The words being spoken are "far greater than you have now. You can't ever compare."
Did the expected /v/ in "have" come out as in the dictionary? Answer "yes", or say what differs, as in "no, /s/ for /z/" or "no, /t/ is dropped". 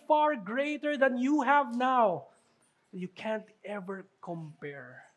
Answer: yes